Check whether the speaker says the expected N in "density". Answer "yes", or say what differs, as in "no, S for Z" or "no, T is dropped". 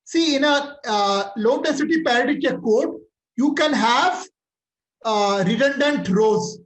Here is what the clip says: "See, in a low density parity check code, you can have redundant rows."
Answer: no, N is dropped